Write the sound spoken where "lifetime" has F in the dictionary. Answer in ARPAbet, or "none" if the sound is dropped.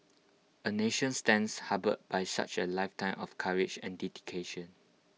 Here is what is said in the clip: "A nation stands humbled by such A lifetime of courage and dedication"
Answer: F